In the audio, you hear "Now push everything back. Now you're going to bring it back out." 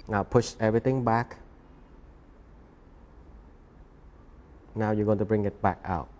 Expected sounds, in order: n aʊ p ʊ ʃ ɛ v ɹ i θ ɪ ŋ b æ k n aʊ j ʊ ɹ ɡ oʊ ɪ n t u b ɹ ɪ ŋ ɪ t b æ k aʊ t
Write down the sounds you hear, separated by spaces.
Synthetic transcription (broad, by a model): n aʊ p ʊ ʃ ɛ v ɹ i t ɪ ŋ b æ k n aʊ j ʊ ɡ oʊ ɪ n t u b ɹ ɪ ŋ ɪ t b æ k aʊ t